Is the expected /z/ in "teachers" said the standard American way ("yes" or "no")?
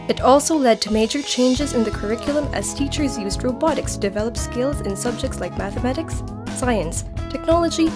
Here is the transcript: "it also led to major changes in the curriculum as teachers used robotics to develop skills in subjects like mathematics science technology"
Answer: yes